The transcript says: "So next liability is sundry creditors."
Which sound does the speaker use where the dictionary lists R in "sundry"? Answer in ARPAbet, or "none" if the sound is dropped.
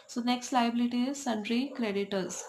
R